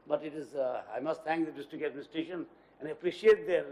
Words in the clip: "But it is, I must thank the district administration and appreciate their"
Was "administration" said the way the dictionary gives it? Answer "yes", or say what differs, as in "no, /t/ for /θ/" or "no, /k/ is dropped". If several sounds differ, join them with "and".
no, /ɹ/ is dropped